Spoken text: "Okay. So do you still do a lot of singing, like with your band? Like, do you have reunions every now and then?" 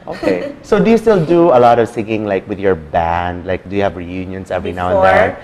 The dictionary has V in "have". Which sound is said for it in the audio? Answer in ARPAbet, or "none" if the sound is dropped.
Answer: V